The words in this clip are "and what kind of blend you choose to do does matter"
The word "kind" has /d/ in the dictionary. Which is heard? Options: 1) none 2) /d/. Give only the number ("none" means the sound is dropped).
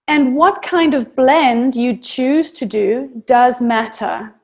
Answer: 2